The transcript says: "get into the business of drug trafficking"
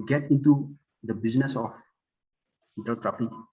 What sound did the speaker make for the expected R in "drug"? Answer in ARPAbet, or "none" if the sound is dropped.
none